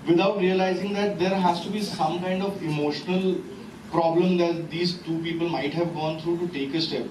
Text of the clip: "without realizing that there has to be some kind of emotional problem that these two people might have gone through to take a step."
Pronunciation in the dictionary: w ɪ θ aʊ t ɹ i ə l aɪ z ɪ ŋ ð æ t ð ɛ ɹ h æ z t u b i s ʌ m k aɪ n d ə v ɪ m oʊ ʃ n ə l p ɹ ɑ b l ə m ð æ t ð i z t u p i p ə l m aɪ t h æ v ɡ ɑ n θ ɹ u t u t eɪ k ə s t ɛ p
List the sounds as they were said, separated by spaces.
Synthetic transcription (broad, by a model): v ɪ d aʊ t ɹ i ə l aɪ z ɪ ŋ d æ t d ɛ ɹ h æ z t u b i s ʌ m k aɪ n d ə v ɪ m oʊ ʃ n ə l p ɹ ɑ b l ə m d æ t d i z t u p i p ə l m aɪ t h æ v ɡ ɑ n t ɹ u t u t eɪ k ə s t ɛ p